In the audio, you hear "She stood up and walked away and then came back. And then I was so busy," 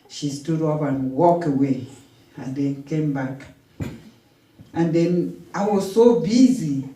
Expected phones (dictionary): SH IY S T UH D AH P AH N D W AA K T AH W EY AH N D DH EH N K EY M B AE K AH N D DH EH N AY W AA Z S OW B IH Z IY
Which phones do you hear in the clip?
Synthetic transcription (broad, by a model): SH IY S T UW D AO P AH N W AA K AH W EY AH N D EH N K EY M B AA K AH N D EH N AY W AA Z S OW B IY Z IY